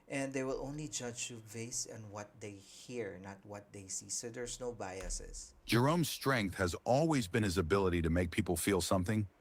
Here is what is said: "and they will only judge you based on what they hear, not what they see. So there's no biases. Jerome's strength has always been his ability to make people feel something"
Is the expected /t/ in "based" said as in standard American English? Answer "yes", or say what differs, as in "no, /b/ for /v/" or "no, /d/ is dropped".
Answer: no, /t/ is dropped